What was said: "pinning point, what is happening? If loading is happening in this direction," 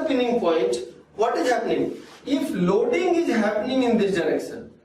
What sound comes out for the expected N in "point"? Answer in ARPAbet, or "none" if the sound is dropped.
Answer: none